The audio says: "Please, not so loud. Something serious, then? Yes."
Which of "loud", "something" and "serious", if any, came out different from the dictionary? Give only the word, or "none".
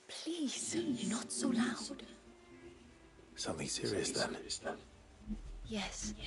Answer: none